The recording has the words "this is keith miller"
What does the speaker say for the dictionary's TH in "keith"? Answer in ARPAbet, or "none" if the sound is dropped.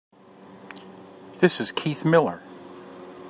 TH